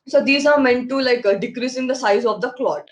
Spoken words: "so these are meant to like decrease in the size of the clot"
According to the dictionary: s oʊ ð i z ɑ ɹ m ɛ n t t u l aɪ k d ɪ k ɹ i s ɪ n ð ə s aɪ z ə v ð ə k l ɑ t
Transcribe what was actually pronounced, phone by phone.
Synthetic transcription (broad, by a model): s oʊ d i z ɑ ɹ m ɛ n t t u l aɪ k d ɪ k ɹ i s ɪ n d ə s aɪ z ə v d ə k l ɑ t